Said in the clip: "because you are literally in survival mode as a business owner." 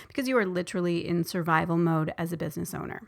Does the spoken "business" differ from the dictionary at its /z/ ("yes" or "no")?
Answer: no